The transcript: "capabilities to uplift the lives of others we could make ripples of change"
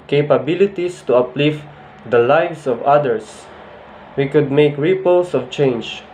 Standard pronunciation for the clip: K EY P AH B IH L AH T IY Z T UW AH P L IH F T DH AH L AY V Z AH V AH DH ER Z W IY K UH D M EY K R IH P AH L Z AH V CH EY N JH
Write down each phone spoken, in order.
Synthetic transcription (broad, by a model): K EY P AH B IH L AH T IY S T UW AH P L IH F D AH L AY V S AH V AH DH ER S W IY K UH D M EY K R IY P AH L S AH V CH EY N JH